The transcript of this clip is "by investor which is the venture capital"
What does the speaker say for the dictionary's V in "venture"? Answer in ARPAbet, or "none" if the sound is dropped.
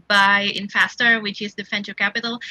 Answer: F